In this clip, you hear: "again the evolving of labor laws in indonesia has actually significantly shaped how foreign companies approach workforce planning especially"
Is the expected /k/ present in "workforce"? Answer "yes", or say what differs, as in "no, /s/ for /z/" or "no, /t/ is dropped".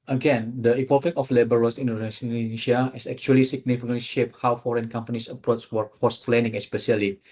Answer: no, /k/ is dropped